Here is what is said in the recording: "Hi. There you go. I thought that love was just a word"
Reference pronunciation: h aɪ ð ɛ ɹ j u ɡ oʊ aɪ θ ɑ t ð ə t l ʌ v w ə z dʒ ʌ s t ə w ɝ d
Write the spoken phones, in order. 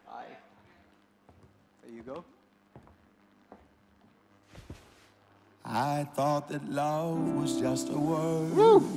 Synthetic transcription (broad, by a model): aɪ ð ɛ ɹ j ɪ ɡ oʊ aɪ θ ɑ t ð ə t l ʌ v w ə z dʒ ʌ s t ə w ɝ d